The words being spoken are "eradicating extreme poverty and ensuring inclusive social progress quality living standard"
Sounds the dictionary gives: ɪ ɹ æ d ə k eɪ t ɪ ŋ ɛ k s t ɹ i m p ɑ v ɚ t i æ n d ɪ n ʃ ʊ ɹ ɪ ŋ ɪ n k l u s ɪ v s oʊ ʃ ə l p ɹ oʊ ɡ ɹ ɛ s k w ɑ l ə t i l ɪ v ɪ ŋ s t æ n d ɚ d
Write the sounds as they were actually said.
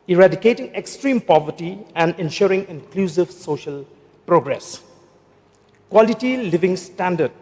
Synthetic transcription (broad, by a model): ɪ ɹ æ d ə k eɪ t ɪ ŋ ɛ k s t ɹ i m p ɑ v ɚ t i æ n d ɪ n ʃ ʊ ɹ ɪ ŋ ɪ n k l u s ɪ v s oʊ ʃ ə l p ɹ oʊ ɡ ɹ ɛ s k w ɑ l ə t i l ɪ v ɪ ŋ s t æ n d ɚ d